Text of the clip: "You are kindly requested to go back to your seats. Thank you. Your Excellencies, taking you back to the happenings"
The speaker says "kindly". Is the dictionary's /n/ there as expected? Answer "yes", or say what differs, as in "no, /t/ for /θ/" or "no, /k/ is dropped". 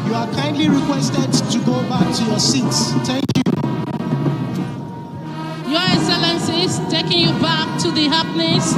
yes